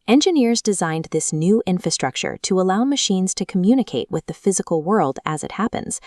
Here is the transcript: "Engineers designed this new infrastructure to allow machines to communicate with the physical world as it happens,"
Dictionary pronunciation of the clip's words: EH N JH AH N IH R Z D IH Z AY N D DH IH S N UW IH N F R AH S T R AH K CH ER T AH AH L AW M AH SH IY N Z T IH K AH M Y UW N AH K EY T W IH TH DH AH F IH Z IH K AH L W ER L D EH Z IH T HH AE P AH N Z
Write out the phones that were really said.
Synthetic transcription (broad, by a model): EH N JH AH N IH R Z D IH Z AY N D DH IH S N UW IH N F R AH S T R AH K CH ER T AH AH L AW M AH SH IY N Z T IH K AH M Y UW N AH K EY T W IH DH AH F IH Z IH K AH L W ER L D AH Z IH T HH AE P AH N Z